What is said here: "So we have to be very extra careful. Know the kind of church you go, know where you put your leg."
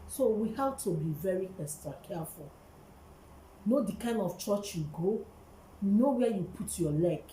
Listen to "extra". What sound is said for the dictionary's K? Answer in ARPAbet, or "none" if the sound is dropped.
none